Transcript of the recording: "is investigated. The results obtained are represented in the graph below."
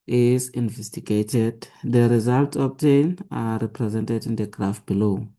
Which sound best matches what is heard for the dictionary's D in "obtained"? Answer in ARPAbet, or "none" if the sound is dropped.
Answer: none